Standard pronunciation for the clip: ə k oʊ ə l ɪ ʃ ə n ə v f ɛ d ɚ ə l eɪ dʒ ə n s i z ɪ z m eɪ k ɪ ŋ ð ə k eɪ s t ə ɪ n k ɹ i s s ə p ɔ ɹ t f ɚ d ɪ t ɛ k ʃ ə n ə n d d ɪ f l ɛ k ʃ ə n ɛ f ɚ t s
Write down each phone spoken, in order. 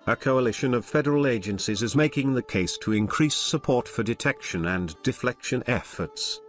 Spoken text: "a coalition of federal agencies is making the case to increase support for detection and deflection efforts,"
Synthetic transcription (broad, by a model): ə k oʊ ə l ɪ ʃ ə n ə v f ɛ d ɚ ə l eɪ dʒ ə n s i z ɪ z m eɪ k ɪ ŋ ð ə k eɪ s t ə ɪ n k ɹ i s s ə p ɔ ɹ t f ɚ d ɪ t ɛ k ʃ ə n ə n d d ɪ f l ɛ k ʃ ə n ɛ f ɚ t s